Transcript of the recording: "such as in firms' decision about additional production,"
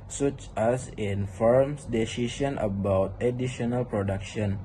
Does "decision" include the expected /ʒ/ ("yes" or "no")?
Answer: no